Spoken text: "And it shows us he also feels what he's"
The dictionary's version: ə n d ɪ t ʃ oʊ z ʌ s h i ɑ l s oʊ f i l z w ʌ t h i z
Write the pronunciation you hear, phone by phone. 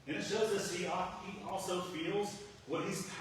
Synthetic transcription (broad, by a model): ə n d ɪ t ʃ oʊ z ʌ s h i ɑ l s oʊ f i l z w ʌ t h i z